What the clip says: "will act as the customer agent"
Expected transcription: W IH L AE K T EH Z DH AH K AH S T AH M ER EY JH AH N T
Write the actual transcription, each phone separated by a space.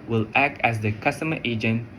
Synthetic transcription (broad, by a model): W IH L AE K T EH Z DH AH K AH S T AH M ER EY JH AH N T